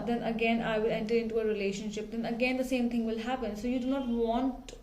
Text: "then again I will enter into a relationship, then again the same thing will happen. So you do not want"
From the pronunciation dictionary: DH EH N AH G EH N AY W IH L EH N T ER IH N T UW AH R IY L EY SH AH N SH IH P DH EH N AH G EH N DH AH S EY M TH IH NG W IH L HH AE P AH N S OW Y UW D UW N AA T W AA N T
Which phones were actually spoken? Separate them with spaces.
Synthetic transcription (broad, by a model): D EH N AH G EH N AY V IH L EH N T ER IH N T UW AH R IY L EY SH AH N SH IH P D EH N AH G EH N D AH S EY M T IH NG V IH L HH AE P AH N S OW Y UW D UW N AA T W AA N T